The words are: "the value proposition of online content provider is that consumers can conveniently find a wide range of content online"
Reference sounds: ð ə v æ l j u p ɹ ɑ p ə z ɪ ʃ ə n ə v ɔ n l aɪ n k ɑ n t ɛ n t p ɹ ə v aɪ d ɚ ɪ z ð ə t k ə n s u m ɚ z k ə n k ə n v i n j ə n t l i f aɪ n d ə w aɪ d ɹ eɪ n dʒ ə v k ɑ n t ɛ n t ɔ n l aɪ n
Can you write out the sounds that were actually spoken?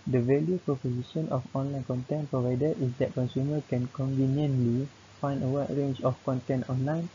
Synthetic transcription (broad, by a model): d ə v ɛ l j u p ɹ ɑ p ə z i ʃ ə n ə f ɔ n l aɪ n k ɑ n t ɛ n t p ɹ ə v aɪ d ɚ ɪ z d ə t k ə n s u m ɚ k ə n k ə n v i n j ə n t l i f aɪ n d ə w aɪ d ɹ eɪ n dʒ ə f k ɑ n t ɛ n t ɔ n l aɪ n